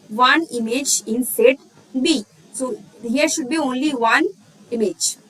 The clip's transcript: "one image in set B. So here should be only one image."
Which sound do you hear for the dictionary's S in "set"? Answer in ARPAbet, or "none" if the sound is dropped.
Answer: S